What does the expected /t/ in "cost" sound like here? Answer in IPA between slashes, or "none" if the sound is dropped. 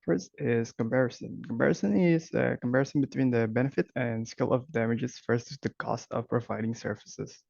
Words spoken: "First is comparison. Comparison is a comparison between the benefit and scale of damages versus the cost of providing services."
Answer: /t/